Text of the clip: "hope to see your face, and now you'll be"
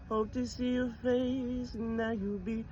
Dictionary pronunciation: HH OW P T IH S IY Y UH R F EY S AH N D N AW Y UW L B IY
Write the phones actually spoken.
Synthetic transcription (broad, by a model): HH OW P T IH S IY Y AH R F EY AH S N AW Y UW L B IY